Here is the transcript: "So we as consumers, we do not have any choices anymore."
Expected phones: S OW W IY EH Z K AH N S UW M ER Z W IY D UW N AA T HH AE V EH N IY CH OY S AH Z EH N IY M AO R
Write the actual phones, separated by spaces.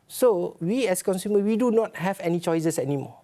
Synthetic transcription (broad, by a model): S OW W IY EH S K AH N S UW M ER W IY D UW N AA T HH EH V EH N IY CH OY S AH S EH N IY M AO